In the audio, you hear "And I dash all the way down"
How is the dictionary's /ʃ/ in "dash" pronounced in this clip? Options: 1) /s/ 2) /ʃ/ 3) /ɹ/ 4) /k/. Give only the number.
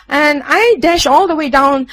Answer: 2